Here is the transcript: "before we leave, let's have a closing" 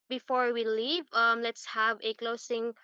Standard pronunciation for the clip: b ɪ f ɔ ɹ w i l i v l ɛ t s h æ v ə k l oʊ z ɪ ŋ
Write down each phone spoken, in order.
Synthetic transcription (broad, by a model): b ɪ f ɔ ɹ w i l i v l ɛ t s h æ v ə k l oʊ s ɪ ŋ